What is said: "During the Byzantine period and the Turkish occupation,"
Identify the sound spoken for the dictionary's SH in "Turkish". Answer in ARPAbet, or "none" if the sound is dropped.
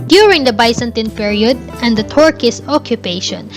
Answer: S